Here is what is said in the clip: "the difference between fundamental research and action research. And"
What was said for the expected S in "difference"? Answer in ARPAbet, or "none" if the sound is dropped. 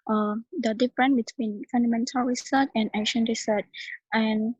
none